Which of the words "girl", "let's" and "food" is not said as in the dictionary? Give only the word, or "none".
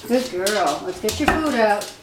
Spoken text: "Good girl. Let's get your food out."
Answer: let's